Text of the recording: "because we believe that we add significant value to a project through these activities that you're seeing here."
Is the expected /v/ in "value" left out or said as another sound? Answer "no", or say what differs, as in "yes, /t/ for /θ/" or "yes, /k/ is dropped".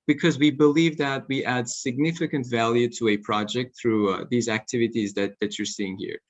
no